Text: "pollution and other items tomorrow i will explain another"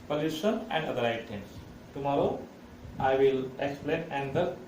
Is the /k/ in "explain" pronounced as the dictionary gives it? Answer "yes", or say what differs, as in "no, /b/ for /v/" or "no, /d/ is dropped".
yes